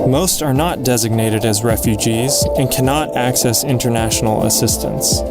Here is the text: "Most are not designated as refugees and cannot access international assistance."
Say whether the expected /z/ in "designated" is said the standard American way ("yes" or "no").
yes